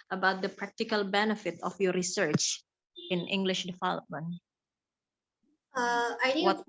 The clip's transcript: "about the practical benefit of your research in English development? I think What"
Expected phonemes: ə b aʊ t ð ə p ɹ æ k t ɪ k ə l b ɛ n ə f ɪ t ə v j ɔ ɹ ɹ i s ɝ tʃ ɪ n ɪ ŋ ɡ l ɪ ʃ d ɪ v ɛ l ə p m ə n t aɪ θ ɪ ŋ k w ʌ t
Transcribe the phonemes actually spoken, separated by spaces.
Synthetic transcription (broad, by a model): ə b aʊ t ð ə p ɹ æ k t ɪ k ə l b ɛ n ə f ɪ t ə f j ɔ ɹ ɹ i s ɝ tʃ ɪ n ɪ ŋ ɡ l ɪ ʃ d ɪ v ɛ l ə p m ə n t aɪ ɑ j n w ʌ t